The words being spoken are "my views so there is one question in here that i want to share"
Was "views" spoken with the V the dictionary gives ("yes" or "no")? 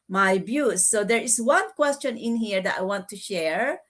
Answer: no